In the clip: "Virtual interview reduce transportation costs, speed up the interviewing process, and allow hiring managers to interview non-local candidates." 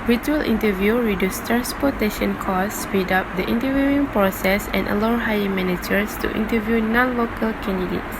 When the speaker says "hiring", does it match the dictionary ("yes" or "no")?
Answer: no